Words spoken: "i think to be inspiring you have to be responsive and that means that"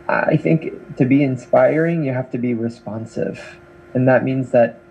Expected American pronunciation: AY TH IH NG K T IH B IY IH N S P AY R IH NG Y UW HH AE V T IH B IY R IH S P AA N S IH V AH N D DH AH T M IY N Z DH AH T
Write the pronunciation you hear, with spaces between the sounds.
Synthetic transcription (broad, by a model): AY TH IH NG K T IH B IY IH N S P AY R IH NG Y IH HH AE F T IH B IY R IH S P AA N S IH V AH N DH AH T M IY N Z DH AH T